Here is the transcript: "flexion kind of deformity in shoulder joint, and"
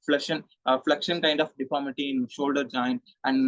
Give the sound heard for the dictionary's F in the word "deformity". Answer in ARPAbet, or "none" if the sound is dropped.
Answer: P